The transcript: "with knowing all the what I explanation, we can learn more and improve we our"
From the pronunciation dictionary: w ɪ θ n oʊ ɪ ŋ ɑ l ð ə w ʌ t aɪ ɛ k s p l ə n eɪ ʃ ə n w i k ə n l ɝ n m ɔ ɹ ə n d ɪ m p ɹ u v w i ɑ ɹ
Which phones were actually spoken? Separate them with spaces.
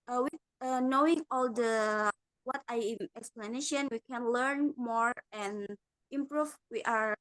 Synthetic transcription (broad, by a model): w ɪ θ n oʊ ɪ ŋ ɑ l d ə w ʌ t aɪ ɛ k s p l ə n eɪ ʃ ə n w i k ə n l ɝ n m ɔ ɹ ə n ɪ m p ɹ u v w i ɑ ɹ